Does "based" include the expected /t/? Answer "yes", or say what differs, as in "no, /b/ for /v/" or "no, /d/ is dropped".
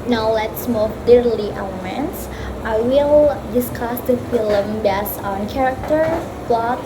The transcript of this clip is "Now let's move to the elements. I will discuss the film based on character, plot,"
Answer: no, /t/ is dropped